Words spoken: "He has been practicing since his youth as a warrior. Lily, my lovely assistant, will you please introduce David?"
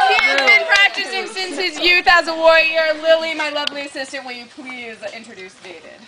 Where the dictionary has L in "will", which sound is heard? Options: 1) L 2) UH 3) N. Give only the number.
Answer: 3